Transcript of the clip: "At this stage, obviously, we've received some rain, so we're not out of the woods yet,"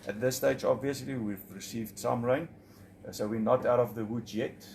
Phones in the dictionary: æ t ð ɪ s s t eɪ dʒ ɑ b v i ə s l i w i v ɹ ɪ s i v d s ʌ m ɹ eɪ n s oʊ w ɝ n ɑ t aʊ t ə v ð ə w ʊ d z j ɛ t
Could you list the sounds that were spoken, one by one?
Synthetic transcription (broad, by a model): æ t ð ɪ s s t eɪ dʒ ɑ b v i ə s l i w i v ɹ ɪ s i v d s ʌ m ɹ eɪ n s oʊ w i n ɑ t aʊ t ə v ð ə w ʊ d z j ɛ t